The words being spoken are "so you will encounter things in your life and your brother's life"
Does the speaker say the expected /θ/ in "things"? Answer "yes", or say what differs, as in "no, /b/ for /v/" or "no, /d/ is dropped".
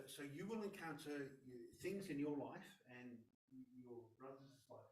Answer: yes